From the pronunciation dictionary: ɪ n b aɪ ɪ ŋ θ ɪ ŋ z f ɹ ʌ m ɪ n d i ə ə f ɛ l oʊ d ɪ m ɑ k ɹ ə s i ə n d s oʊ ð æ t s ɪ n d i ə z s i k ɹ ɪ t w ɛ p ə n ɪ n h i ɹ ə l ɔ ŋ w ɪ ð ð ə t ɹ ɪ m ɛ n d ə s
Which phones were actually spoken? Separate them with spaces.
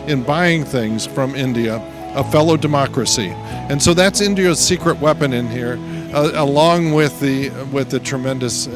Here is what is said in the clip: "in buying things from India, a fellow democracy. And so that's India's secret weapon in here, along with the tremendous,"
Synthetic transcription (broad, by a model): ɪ n b aɪ ɪ ŋ θ ɪ ŋ z f ɹ ʌ m ɪ n d i ə ə f ɛ l oʊ d ɪ m ɑ k ɹ ə s i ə n s oʊ ð æ t s ɪ n d i ə z s i k ɹ ɪ t w ɛ p ə n ɪ n h i ɹ ə l ɔ ŋ w ɪ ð ð ə t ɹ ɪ m ɛ n d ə s